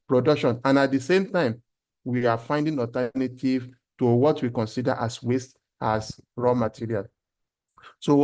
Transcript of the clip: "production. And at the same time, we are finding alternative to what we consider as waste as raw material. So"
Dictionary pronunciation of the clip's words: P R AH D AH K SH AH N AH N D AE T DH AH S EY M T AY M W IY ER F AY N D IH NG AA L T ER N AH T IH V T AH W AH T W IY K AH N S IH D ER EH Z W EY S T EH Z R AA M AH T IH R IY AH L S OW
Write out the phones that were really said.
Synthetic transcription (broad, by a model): P R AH D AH K SH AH N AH N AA T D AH S EY M T AY M W IY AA F AY N D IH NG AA T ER N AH T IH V T AH W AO T W IY K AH N S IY D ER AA S W EY S T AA S R AA M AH T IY R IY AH L S OW